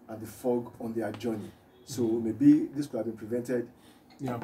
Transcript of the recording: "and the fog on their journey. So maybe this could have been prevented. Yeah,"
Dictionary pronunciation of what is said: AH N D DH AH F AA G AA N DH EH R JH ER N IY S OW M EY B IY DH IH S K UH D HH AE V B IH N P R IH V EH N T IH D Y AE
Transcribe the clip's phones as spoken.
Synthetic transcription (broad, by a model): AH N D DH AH F AA G AA N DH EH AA JH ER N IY S OW M EY B IY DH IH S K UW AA B IH N P R IH V EH N T IH D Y